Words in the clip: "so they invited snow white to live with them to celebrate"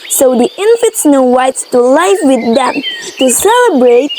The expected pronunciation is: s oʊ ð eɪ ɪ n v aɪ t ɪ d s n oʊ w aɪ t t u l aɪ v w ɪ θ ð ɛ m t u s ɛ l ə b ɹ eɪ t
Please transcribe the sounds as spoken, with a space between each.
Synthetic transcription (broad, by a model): s oʊ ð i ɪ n f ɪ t s n oʊ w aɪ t t u l aɪ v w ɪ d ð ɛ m t u s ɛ l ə b ɹ eɪ t